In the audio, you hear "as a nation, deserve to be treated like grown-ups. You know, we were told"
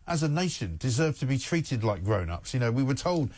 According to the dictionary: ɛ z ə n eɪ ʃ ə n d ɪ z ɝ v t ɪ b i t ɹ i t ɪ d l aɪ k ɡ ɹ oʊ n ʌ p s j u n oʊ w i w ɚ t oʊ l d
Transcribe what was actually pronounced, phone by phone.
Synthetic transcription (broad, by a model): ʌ z ə n eɪ ʃ ə n d ɪ z ɝ v t ɪ b i t ɹ i t ɪ d l aɪ k ɡ ɹ oʊ n ʌ p s j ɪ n oʊ w i w ɚ t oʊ l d